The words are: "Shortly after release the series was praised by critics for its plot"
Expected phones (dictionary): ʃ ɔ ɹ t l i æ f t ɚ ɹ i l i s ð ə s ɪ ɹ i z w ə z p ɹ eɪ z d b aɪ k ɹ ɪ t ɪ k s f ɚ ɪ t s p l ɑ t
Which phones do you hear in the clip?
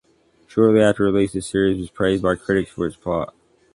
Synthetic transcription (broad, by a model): ʃ ɔ ɹ t l i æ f t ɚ ɹ i l i s ð ə s ɪ ɹ i z w ə z p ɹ eɪ z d b aɪ k ɹ ɪ t ɪ k s f ɚ ɪ t s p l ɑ t